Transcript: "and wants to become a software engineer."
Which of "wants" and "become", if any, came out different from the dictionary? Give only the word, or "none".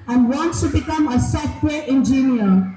none